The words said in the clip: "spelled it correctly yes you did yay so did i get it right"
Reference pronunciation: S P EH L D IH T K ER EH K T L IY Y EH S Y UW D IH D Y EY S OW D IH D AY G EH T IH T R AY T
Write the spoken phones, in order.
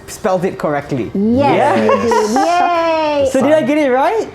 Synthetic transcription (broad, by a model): S P EH L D IH T K ER EH K T L IY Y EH Y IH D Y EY S OW D IH D AY G EH T IH T R AY T